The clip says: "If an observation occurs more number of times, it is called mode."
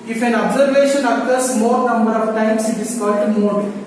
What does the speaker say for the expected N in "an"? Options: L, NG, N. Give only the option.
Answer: N